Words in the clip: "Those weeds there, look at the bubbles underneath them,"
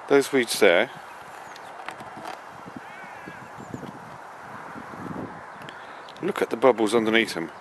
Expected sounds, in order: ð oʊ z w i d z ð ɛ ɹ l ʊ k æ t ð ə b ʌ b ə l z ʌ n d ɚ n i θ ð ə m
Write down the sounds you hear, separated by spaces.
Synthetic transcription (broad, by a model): ð oʊ z w i d z ð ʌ l ʊ k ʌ t ð ə b ʌ b ə l z ʌ n d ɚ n i θ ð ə m